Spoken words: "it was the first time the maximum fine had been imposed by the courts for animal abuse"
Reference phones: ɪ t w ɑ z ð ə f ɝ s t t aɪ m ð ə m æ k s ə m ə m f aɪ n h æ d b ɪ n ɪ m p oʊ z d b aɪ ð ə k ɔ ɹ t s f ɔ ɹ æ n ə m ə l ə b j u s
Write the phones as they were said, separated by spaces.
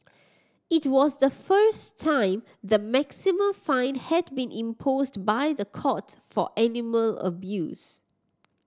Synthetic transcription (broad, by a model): ɪ t w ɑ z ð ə f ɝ s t t aɪ m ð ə m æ k s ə m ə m f aɪ n h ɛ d b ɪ n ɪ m p oʊ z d b aɪ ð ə k ɔ t f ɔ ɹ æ n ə m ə l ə b j u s